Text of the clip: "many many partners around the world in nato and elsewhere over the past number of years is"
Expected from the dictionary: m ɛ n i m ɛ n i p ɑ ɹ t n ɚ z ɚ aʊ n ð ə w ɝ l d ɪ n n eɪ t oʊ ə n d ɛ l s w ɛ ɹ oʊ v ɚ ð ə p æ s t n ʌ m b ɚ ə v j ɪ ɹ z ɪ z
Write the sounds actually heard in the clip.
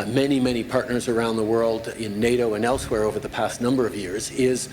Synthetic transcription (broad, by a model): m ɛ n i m ɛ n i p ɑ ɹ t n ɚ z ɚ aʊ n ð ə w ɝ l d ɪ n n eɪ t oʊ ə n ɛ l s w ɛ ɹ oʊ v ɚ ð ə p æ s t n ʌ m b ɚ ə v j ɪ ɹ z ɪ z